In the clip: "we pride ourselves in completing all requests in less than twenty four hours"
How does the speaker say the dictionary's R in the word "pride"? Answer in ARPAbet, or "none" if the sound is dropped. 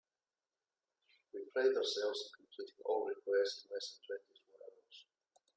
L